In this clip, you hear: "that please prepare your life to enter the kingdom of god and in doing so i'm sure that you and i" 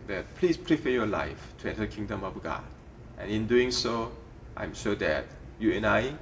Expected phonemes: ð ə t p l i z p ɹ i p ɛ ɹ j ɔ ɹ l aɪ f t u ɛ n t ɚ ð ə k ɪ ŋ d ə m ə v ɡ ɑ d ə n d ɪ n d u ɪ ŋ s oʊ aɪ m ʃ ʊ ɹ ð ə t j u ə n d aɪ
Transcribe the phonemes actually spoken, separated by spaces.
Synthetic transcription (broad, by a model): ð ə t p l i s p ɹ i f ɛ j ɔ l aɪ f t u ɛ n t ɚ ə k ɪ ŋ d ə m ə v ɡ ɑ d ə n ɪ n d u ɪ ŋ s oʊ aɪ m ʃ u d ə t j u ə n aɪ